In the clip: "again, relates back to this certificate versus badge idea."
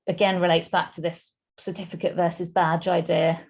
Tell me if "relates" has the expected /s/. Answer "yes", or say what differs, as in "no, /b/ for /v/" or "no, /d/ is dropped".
yes